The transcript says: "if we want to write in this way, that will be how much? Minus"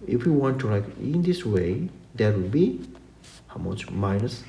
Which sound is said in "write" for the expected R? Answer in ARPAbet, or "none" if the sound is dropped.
L